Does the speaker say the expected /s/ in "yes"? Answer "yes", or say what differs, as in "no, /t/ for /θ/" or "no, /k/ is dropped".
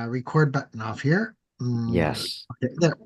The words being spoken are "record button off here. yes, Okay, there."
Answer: yes